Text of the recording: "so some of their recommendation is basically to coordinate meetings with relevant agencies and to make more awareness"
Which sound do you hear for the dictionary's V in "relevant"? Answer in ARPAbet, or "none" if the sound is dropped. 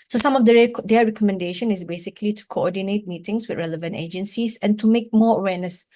V